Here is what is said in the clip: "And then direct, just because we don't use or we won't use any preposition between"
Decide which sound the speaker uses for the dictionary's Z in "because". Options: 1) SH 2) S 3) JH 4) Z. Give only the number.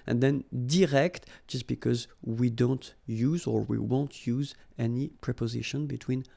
4